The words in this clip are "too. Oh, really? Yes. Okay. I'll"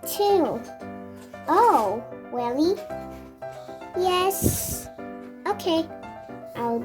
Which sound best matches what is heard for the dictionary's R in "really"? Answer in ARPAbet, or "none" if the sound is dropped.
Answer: W